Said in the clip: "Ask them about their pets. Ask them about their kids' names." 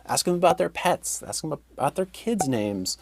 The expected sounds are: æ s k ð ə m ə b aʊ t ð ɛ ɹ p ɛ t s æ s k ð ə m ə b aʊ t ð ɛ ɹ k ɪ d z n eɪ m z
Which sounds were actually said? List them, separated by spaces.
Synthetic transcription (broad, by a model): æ s k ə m ə b aʊ t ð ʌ ɹ p ɛ t s æ s k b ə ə t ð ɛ ɹ k ɪ d z n eɪ m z